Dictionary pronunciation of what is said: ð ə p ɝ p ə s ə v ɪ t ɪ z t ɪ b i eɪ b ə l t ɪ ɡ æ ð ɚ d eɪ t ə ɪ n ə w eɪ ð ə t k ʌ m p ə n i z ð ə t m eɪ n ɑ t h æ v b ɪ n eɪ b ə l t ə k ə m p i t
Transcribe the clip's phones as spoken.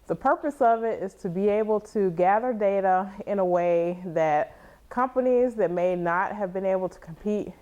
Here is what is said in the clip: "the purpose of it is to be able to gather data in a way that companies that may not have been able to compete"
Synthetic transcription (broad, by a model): ð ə p ɝ p ə s ə v ɪ t ɪ z t ɪ b i eɪ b l t ɪ ɡ æ ð ɚ d eɪ t ə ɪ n ə w eɪ ð ə t k ʌ m p ə n i z ð ə t m eɪ n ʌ t h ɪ v b ɪ n eɪ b l t ə k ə m p i t